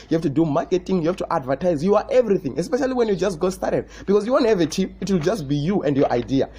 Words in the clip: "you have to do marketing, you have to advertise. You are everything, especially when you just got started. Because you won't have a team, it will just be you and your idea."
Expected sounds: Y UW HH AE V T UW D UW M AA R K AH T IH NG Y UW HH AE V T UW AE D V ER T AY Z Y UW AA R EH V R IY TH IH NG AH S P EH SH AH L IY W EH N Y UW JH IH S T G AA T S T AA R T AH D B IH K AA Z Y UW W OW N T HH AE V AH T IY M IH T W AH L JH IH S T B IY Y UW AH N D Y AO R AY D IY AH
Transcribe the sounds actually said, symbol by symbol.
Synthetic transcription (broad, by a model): Y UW HH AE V T UW D UW M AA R K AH T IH NG Y UW HH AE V T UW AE D V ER T AY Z Y UW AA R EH V R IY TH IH NG AH S P EH SH AH L IY W EH N Y UW JH IH S T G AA S T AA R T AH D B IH K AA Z Y UW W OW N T HH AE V AH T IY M IH T W AH L JH IH S T B IY Y UW AH N D Y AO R AY D IY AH